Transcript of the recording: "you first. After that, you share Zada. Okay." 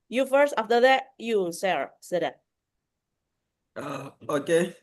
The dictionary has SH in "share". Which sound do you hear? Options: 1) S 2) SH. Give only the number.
1